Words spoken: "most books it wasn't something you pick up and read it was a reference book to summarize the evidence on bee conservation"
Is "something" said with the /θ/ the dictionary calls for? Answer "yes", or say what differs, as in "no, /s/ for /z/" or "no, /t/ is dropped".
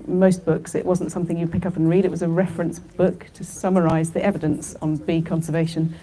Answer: yes